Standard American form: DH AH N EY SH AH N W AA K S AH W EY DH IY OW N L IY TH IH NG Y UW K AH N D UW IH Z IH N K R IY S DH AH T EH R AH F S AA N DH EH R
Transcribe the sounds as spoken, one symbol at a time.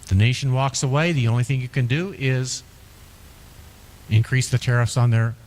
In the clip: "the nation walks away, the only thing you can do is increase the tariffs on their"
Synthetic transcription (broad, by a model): DH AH N EY SH N W AA K S AH W EY DH IY OW N L IY TH IH NG Y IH K AH N D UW IH Z IH N K R IY S DH AH T EH R AH F S N DH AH R